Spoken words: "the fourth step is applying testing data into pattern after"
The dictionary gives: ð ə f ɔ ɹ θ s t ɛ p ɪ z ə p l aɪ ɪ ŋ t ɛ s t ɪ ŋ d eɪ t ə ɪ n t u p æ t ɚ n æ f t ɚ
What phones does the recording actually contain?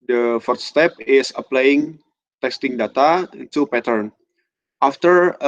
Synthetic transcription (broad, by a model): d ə f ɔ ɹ t s t ɛ p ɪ s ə p l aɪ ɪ ŋ t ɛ s t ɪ ŋ d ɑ t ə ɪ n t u p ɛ t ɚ n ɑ f t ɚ